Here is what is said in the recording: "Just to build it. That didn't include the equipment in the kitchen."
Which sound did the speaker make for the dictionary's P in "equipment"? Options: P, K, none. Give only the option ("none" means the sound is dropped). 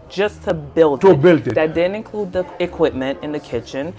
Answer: P